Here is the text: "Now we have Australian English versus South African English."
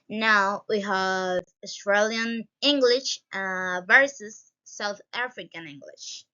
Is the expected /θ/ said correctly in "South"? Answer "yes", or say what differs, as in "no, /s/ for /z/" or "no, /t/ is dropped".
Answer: yes